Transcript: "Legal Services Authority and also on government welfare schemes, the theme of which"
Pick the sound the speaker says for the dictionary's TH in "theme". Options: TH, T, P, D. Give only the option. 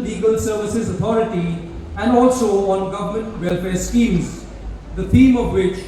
T